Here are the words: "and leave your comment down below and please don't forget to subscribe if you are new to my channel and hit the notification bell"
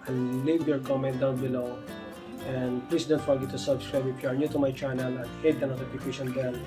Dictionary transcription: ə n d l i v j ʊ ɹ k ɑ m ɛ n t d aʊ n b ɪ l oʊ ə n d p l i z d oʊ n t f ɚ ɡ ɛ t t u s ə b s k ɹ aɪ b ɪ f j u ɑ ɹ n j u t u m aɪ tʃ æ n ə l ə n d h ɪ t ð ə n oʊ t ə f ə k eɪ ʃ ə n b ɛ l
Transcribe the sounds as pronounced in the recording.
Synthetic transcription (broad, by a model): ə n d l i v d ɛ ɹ k ɑ m ɛ n t d aʊ n b ɪ l oʊ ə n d p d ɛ s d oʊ n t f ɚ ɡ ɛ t t u s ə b s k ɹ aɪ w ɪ p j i ɑ ɹ n j u t u m aɪ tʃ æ n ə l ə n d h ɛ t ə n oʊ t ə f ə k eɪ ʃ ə n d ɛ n